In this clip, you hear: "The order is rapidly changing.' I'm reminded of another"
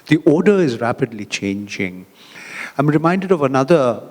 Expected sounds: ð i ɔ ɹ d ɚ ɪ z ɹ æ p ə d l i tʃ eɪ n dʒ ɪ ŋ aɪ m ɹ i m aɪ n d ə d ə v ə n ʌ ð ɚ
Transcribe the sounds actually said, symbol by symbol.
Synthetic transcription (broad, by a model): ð i ɔ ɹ d ɚ ɪ z ɹ æ p ə d l i tʃ eɪ n dʒ ɪ ŋ aɪ m ɹ i m aɪ n d ə d ə v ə n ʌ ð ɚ